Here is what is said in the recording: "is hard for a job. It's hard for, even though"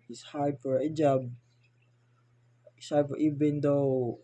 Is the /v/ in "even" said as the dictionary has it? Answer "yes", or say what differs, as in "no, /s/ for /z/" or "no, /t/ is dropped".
no, /b/ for /v/